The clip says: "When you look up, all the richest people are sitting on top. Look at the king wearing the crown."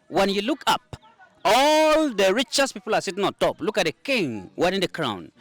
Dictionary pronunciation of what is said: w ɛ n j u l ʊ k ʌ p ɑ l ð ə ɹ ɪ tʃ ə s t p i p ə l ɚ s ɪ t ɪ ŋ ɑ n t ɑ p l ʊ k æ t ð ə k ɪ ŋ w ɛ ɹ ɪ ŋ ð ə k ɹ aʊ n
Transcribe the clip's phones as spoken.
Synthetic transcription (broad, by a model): w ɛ n j u l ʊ k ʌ p ɑ l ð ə ɹ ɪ tʃ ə s p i p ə l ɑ s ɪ t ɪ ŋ ɑ n t ɑ p l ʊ k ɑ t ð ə k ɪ ŋ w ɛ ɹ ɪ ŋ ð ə k ɹ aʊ n